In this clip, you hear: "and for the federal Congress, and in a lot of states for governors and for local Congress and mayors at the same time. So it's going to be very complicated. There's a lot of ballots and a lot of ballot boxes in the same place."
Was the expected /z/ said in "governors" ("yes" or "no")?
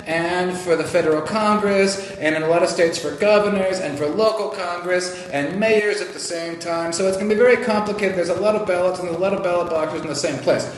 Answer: yes